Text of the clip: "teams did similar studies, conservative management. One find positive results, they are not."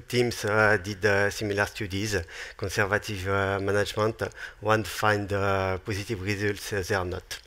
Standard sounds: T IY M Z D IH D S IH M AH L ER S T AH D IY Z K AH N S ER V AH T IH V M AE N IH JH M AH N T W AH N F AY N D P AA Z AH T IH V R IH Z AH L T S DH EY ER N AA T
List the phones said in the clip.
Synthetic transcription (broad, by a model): T IY M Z D IH D S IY M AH L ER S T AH D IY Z K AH S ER V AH T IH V M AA N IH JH M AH N T W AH N F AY N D P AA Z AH T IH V R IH Z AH L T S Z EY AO N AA T